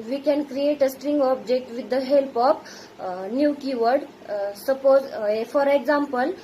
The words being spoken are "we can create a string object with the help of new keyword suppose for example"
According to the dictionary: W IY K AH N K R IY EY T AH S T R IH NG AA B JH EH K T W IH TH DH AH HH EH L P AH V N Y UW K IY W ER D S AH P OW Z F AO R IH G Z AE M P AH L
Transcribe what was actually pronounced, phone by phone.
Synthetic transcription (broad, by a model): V IY K AH N K R IY EY T AH S T R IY NG AA B JH EH K T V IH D AH HH EH L P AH P N Y UW K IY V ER D S AH P OW Z F AO R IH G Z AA M P AH L